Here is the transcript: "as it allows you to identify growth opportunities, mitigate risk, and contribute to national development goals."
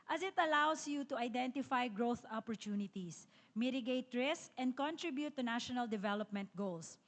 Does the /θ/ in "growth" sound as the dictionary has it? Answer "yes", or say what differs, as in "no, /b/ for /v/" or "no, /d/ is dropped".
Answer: yes